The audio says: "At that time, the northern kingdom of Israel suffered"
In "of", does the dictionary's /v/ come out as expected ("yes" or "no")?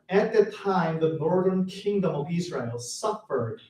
yes